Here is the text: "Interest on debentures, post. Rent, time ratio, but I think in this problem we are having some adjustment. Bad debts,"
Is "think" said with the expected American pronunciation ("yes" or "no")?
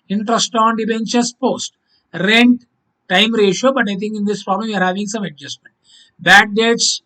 no